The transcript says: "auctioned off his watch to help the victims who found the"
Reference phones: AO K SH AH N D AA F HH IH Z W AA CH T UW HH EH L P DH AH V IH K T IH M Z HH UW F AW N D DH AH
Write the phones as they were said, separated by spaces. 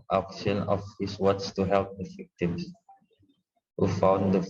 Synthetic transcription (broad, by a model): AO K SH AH N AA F HH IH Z W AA S T UW HH EH L P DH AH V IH K T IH M S HH UW F AW N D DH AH